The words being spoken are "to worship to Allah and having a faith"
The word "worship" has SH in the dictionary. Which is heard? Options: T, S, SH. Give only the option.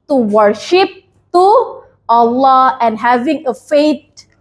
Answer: SH